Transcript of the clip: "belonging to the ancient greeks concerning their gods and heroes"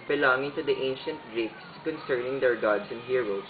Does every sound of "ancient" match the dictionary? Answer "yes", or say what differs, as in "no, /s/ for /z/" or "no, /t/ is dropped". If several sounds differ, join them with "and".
yes